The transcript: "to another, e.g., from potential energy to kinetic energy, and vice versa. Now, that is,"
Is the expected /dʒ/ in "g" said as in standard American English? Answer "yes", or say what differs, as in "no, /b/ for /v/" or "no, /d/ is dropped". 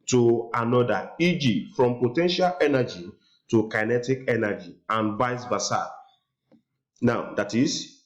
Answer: yes